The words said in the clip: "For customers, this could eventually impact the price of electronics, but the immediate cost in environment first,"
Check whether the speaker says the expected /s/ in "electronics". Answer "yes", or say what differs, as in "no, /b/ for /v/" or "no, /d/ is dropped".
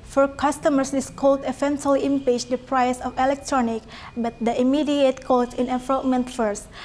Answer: no, /s/ is dropped